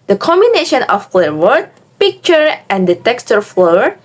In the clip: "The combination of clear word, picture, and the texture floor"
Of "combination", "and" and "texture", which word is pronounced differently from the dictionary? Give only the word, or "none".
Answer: none